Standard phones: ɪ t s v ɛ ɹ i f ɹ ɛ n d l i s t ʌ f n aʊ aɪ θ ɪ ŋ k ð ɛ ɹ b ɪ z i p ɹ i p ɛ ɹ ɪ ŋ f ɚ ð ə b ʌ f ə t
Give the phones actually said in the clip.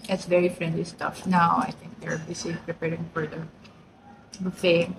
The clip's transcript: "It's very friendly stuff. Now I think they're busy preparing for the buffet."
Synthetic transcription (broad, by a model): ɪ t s v ɛ ɹ i f ɹ ɛ n d l i s t ʌ f n aʊ aɪ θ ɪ ŋ k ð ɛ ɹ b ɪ s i p ɹ i p ɛ ɹ ɪ ŋ f ɚ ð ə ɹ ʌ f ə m